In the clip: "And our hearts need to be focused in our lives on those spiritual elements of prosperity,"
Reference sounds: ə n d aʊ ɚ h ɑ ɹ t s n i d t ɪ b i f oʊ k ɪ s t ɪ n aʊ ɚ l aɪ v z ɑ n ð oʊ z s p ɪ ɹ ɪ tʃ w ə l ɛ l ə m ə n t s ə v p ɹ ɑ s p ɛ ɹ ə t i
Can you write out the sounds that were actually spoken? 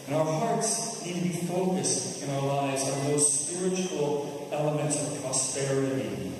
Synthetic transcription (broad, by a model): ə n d aʊ ɚ h ɑ ɹ t s n i d t ɪ b i f oʊ k ɪ s t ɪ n aʊ ɚ l aɪ v z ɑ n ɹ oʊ s p ɪ ɹ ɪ tʃ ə l ɛ l ə m ə n t s ə v p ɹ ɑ s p ɛ ɹ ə t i